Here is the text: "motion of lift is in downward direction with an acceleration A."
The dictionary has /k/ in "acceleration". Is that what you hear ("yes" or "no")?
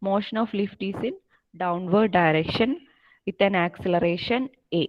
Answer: yes